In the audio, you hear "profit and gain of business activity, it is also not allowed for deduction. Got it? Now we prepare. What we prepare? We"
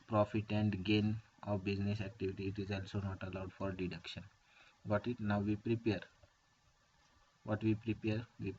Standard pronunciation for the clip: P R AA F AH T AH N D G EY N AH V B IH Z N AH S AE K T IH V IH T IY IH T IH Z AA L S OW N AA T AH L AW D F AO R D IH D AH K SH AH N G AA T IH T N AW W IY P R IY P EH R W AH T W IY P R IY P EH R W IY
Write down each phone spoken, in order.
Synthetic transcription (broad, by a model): P R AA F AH T AH N D G EY N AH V B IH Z N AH S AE K T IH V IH T IY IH T IH Z AA L S OW N AA T AH L AW D F AO R D IH D AH K SH AH N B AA T IH T N AW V IY P R IY P EH R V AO T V IY P R IY P EH R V IY